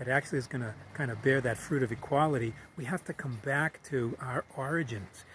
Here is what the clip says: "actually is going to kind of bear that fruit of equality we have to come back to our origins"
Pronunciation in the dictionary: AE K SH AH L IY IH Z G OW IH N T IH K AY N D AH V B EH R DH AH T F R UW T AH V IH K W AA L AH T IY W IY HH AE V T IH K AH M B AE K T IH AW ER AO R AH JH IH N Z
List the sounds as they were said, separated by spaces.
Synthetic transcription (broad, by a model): AE K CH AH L IY IH Z G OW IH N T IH K AY N D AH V B EH R DH AH T F R UW T AH V IH K W AA L AH T IY W IY HH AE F T IH K AH M B AE K T IH AW ER AO R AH JH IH N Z